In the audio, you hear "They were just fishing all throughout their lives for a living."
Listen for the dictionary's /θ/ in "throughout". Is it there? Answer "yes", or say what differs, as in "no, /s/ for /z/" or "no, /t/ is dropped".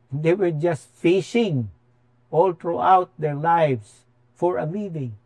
no, /t/ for /θ/